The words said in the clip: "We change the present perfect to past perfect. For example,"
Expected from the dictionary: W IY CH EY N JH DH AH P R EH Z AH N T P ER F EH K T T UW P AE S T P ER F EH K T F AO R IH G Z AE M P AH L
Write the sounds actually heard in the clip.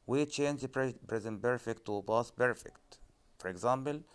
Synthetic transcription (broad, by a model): W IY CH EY N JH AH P R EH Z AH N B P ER F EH K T T UW B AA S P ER F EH K T F AO R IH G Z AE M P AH L